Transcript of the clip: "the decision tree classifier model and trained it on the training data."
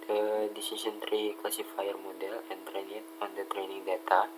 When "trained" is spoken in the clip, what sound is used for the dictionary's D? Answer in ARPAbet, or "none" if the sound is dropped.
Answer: none